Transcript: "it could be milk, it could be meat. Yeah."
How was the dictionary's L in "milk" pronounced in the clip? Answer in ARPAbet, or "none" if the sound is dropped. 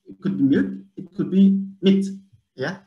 none